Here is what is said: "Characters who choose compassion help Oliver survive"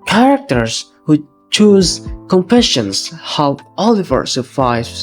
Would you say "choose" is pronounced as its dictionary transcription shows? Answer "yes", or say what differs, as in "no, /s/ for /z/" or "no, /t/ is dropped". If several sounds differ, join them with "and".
yes